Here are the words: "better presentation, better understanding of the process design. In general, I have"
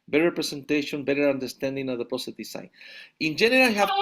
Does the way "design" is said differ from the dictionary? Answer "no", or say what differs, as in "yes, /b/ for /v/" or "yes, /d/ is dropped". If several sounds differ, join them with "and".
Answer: yes, /s/ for /z/